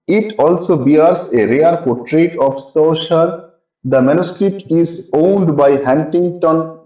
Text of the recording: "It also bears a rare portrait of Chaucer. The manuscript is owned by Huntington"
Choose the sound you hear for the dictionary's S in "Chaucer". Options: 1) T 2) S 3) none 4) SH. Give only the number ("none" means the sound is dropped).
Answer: 4